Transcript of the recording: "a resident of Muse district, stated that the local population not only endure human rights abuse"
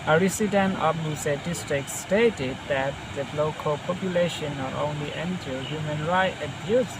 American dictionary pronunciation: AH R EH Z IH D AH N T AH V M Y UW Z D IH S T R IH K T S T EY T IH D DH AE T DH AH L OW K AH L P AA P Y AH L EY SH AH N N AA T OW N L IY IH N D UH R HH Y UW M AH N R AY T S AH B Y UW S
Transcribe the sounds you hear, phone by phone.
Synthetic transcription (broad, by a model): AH R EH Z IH D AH N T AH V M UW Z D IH S T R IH K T S T EY T IH D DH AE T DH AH L OW K AH L P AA P Y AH L EY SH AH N N AA T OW N L IY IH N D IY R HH Y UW M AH N R AY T AH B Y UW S